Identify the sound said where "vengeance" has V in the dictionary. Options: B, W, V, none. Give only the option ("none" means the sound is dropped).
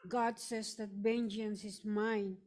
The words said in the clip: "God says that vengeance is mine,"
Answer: B